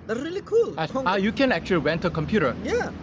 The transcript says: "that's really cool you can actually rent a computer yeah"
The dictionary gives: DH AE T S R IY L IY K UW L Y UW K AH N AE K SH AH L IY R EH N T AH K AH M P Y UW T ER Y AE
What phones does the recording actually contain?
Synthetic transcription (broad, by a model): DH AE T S R IY L IY K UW L Y UW K AH N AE K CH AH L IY W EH N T AH K AH M P Y UW T ER Y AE